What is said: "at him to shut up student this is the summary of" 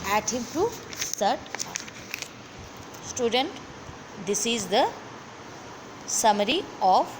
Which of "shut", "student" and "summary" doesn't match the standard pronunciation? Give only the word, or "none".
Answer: shut